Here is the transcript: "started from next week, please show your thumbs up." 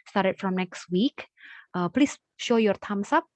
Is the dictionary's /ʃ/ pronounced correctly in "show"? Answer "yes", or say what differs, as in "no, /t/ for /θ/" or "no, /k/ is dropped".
yes